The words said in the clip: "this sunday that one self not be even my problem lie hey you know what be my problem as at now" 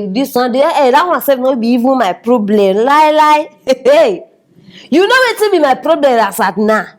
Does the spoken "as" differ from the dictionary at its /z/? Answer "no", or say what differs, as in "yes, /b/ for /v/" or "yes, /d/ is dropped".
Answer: yes, /s/ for /z/